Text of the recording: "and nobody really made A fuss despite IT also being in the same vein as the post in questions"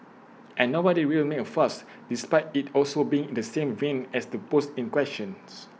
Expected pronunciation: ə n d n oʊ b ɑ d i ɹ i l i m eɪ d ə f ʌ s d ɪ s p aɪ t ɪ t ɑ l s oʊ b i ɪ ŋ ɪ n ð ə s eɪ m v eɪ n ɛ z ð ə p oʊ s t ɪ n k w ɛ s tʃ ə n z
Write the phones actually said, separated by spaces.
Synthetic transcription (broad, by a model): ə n n oʊ b ɑ d i w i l m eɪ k ə f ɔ s d ɪ s p aɪ t ɪ t ɑ l s oʊ b i ɪ ŋ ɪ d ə s eɪ m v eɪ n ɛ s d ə p oʊ s t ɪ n k w ɛ s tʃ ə n s